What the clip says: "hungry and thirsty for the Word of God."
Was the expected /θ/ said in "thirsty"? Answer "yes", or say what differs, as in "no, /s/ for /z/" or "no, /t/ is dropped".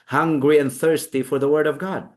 yes